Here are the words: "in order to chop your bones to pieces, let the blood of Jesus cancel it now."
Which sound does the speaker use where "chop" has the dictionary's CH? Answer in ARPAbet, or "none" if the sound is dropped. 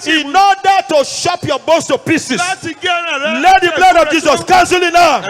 SH